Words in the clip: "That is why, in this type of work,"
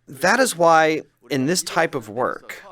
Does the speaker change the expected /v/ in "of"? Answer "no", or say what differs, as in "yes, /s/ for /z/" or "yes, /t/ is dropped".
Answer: no